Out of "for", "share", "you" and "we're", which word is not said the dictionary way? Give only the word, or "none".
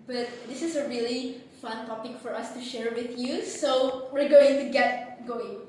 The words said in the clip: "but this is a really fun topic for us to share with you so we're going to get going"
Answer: none